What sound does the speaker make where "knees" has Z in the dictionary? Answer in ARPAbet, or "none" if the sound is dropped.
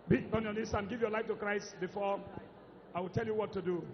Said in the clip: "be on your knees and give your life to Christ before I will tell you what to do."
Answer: S